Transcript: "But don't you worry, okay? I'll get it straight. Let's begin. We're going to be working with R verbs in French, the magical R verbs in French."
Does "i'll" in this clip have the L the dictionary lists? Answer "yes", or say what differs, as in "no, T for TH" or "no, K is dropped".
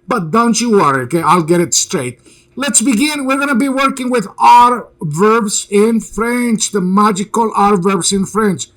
yes